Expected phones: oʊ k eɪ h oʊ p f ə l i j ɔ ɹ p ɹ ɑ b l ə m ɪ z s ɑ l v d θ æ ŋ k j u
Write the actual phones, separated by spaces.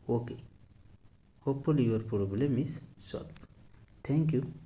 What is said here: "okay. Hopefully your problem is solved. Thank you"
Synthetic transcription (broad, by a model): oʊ k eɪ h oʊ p ə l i j ɔ ɹ p ɹ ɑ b l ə m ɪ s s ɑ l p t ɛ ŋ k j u